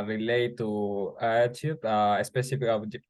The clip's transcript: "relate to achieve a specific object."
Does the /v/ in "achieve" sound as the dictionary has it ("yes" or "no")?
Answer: no